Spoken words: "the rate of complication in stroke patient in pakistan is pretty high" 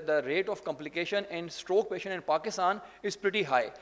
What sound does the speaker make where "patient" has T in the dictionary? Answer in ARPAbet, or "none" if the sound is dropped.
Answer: none